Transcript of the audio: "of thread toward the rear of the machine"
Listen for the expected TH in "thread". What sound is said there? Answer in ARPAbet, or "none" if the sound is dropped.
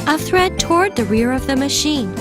TH